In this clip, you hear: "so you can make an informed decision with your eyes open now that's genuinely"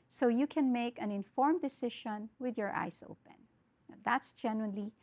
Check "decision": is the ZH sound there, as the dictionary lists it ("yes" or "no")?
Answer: no